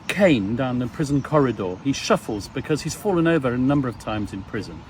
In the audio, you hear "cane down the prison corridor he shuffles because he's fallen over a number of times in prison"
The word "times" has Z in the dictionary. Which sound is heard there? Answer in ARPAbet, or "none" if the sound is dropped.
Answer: Z